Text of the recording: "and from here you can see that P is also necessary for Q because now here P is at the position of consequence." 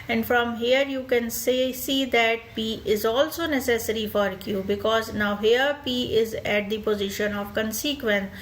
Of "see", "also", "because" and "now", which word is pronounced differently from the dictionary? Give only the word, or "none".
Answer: none